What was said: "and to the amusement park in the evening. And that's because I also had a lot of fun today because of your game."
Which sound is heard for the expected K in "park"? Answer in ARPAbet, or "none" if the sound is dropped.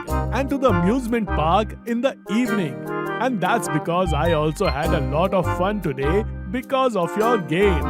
K